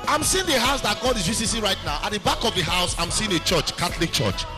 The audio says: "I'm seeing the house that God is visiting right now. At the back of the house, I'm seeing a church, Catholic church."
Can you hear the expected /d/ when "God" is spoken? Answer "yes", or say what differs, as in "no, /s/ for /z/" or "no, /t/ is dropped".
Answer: yes